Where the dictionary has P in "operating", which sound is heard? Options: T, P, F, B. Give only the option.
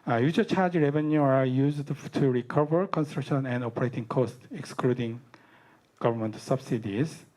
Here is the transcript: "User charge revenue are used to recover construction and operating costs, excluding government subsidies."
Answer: P